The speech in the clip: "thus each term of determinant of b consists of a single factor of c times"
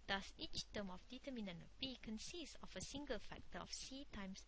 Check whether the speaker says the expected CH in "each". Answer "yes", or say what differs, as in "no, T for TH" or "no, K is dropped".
yes